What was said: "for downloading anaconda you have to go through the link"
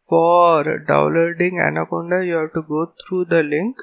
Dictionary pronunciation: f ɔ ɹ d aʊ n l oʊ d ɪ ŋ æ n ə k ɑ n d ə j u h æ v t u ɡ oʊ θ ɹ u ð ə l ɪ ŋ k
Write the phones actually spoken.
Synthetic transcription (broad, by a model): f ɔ ɹ d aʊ l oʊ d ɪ ŋ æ n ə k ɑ n d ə j u h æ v t u ɡ oʊ t ɹ u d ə l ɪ ŋ k